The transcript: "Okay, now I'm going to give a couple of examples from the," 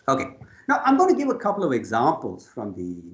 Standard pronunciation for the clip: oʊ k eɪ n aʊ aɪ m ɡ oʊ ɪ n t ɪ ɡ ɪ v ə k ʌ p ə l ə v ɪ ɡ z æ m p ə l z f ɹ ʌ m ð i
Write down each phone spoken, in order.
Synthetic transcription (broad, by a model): oʊ k eɪ n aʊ aɪ m ɡ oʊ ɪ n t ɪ ɡ ɪ v ə k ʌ p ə l ə v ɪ ɡ z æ m p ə l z f ɹ ʌ m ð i